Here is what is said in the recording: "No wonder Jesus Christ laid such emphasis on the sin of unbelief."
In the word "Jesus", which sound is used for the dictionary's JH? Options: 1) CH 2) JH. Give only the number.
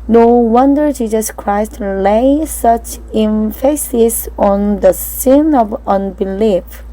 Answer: 2